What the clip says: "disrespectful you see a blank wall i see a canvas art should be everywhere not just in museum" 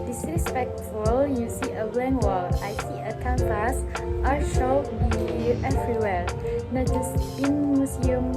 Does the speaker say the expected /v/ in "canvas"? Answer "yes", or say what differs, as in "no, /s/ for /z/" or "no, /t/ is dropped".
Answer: no, /p/ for /v/